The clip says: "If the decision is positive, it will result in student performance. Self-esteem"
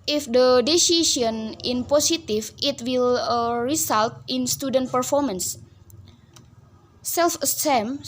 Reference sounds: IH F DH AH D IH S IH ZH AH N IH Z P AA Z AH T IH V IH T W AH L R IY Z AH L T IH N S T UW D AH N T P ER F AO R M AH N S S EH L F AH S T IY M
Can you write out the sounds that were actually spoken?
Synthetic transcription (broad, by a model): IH F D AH D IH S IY SH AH N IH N P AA S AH T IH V IH T W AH L R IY S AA L T IH N S T UW D AH N T P ER F AO R M AH N S S EH L F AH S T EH M